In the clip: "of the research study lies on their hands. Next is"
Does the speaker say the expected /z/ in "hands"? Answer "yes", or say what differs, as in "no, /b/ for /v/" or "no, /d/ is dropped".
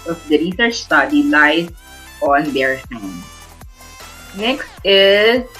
no, /z/ is dropped